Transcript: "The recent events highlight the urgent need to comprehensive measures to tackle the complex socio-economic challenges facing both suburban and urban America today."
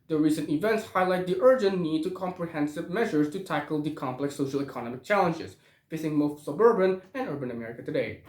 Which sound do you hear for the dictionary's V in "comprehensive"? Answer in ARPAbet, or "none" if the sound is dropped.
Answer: V